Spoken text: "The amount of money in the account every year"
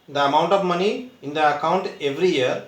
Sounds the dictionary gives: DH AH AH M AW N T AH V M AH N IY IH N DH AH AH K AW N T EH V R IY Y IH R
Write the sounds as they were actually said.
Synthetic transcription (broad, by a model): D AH AH M AW N T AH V M AH N IY IH N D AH AH K AW N T EH V R IY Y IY R